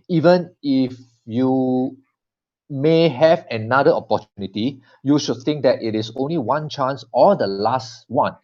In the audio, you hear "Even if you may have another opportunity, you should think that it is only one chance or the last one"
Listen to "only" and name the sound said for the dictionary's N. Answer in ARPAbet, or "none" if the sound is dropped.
N